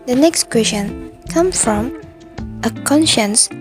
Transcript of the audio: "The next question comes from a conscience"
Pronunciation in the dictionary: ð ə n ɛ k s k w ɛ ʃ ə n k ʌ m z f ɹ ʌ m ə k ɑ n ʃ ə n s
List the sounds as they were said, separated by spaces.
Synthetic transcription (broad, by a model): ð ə n ɛ k s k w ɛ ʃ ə n k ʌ m f ɹ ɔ m ə k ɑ n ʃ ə n s